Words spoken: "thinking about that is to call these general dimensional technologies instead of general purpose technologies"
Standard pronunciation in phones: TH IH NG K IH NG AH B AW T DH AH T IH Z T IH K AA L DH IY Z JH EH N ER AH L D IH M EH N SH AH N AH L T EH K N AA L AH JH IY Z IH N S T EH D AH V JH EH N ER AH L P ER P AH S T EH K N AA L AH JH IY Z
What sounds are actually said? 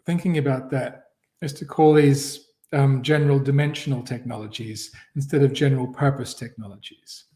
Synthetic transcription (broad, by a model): TH IH NG K IH NG AH B AW T DH AH T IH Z T IH K AA L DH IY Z JH EH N ER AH L D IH M EH N SH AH N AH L T EH K N AA L AH JH IY Z IH N S T EH D AH V JH EH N ER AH L P ER P AH S T EH K N AA L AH JH IY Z